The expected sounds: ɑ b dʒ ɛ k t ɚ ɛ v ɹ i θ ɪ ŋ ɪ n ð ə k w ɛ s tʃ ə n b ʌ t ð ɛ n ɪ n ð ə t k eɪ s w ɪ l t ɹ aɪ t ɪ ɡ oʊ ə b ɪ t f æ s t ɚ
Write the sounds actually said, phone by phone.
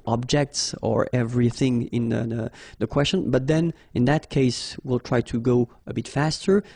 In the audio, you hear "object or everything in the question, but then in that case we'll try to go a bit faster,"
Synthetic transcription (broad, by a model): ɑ b dʒ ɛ k t ɚ ɛ v ɹ i θ ɪ ŋ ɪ n ð ə k w ɛ s tʃ ə n b ʌ t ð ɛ n ɪ n ð ə t k eɪ s w ɪ l t ɹ aɪ t ɪ ɡ oʊ ə b ɪ t f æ s t ɚ